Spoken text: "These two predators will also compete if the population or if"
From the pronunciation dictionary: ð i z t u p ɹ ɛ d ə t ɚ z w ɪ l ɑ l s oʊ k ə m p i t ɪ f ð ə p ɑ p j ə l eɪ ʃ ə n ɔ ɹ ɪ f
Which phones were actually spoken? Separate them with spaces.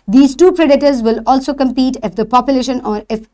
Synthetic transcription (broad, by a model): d i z t u p ɹ ɛ d ə t ɚ z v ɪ l ɑ l s oʊ k ə m p i t ɪ f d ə p ɑ p j ə l eɪ ʃ ə n ɔ ɹ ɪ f